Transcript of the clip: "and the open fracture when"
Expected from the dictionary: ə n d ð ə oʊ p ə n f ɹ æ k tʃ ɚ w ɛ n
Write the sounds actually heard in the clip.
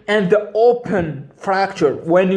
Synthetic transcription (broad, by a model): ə n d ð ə oʊ p ə n f ɹ æ k tʃ ɚ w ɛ n